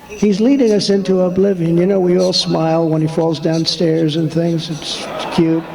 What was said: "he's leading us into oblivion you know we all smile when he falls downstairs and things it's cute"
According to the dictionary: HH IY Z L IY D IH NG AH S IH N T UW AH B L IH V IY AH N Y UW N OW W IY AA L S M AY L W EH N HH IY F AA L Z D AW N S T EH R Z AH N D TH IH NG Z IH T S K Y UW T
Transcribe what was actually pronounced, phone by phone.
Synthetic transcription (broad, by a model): HH IY Z L IY D IH NG AH S IH N T UW AH B L IH V IY AH N Y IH N OW W IY AA L S M AY L W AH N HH IY F AA L Z D AW N S T EH R Z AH N TH IH NG Z IH T S K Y UW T